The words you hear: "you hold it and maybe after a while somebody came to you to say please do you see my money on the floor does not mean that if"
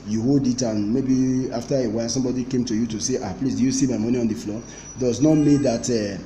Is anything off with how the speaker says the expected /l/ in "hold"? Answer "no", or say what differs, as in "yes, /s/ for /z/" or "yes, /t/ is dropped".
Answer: no